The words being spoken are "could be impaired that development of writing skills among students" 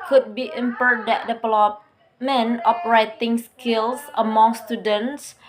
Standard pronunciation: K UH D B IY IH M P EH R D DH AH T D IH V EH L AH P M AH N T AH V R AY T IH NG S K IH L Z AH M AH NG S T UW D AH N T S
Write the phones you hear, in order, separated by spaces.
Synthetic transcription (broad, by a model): K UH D B IY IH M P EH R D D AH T D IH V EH L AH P M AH N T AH P R AY T IH NG S K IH L S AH M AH NG S T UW D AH N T S